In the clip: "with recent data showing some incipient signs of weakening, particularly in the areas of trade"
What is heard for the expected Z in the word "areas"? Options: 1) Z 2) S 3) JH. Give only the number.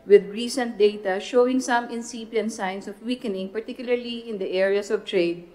2